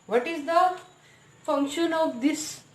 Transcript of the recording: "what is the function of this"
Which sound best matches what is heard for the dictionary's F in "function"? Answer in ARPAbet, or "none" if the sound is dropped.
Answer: F